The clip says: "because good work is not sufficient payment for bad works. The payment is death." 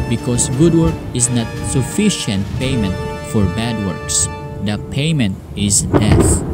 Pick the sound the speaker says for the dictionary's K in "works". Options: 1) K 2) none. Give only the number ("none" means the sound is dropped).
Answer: 1